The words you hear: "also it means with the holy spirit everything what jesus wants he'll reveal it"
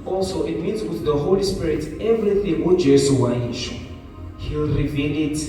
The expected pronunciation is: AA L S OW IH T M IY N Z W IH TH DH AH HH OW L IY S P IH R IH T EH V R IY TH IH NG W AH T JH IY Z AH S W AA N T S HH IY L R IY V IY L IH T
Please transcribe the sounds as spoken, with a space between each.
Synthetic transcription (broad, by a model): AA L S OW IH T M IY N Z W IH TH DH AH HH OW L IY S P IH R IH T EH V R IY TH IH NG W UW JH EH S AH W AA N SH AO HH IY L R IY V IY L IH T